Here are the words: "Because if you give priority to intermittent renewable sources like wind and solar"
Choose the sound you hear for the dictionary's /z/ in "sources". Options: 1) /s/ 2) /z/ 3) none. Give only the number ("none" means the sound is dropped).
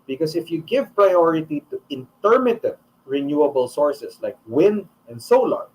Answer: 1